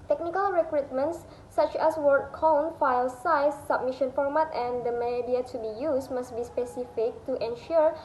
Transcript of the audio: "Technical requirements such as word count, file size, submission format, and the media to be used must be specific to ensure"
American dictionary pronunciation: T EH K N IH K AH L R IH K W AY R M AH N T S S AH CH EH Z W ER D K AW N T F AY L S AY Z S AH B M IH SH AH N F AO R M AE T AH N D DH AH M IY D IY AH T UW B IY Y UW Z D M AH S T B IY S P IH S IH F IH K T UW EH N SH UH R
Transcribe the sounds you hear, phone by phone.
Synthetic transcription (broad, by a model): T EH K N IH K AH L R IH K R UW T M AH N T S S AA CH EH S W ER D K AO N F AY L S AY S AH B M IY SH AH N F AO R M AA T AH N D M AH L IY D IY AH T UW B IY Y UW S M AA S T B IY S P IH S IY F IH K T UW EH N SH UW R